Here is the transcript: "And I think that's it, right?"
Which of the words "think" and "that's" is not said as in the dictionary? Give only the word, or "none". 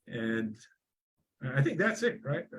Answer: none